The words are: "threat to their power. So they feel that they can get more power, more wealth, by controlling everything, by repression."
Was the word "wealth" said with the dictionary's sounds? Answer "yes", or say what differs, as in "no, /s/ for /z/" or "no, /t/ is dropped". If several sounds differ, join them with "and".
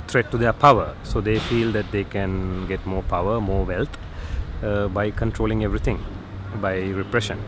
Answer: no, /t/ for /θ/